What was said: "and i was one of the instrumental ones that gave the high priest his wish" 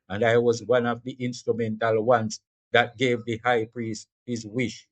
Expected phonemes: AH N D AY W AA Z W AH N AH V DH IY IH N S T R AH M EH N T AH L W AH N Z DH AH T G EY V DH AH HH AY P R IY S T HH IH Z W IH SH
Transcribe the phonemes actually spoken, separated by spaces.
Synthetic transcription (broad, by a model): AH N D AY W AA Z W AH N AH V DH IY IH N S T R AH M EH N T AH L W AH N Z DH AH T G EY V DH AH HH AY P R IY S T HH IH Z W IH SH